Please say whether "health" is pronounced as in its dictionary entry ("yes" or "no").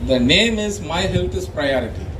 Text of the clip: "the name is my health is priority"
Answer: no